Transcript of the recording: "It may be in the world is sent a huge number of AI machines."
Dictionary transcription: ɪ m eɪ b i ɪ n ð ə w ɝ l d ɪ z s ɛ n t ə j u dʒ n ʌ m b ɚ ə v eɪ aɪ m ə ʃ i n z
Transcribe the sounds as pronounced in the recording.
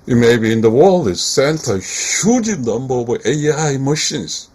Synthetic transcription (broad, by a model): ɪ m eɪ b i ɪ n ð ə w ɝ l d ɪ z s ɛ n t ə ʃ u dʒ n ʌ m b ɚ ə w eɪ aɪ m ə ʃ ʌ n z